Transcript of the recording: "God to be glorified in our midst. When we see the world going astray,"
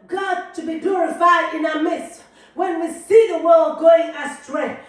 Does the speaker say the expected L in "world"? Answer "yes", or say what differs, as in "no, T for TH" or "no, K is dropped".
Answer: yes